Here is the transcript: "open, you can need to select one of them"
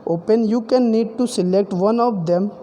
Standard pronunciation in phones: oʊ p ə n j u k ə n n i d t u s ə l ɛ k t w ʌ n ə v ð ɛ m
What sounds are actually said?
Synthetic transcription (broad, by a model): oʊ p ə n j u k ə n n i d t u s ə l ɛ k t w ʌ n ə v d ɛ m